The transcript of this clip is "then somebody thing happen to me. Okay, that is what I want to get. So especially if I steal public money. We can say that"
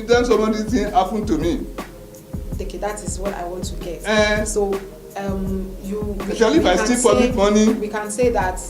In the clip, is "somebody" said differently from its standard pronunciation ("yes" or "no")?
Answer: yes